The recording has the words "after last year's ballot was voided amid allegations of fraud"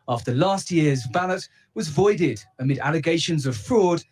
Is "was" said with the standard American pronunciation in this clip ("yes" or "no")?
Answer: yes